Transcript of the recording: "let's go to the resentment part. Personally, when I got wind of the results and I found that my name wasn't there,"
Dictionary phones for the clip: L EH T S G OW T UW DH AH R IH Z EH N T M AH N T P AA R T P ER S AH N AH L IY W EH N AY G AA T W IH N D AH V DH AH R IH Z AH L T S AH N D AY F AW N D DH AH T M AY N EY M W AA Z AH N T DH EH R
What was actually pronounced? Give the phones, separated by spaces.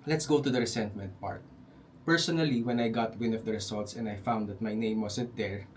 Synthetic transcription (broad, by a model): L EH T S G OW T UW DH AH R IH S EH N T M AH N T P AA R T P ER S AH N AH L IY W EH N AY G AA T W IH N AH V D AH R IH S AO L T S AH N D AY F AW N D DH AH T M AY N EY M W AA S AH N T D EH R